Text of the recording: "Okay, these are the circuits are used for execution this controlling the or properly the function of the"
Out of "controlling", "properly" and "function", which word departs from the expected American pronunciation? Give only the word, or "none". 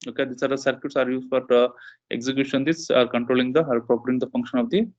properly